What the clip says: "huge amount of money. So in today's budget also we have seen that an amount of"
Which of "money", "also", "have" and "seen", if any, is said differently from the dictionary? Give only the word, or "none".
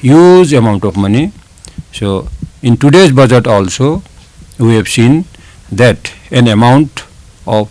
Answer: have